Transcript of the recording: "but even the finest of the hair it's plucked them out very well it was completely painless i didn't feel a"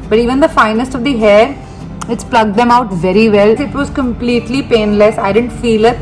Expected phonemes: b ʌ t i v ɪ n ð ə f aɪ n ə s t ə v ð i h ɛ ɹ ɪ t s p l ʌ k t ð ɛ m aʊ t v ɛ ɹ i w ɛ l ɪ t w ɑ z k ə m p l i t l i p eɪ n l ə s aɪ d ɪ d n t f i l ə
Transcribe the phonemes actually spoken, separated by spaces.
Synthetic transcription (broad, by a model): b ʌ t i v ɪ n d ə f aɪ n ə s t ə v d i h ɛ ɹ ɪ t s p l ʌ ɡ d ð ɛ m aʊ t v ɛ ɹ i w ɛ l ɪ t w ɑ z k ə m p l i t l i p eɪ n l ə s aɪ d ɪ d n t f i l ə